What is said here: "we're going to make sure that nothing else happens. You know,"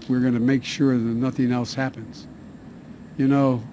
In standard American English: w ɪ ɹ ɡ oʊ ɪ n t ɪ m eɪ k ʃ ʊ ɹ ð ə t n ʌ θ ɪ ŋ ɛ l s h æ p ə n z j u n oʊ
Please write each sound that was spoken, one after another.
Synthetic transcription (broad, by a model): w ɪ ɹ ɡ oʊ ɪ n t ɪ m eɪ k ʃ ʊ ɹ ð ə t n ʌ θ ɪ ŋ ɛ l s h æ p ə n z j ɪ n oʊ